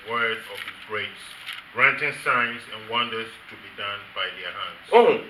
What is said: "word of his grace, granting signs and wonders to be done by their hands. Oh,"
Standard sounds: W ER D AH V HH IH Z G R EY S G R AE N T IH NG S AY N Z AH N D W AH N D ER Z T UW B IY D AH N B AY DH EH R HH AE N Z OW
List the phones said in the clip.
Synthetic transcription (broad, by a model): W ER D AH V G R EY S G R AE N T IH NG S AY N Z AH N W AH N D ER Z T UW B IY D AH N B AY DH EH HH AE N S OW